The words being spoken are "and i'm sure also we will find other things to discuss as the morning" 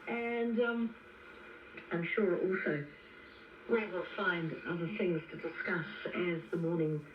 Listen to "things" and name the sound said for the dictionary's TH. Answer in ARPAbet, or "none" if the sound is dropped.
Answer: TH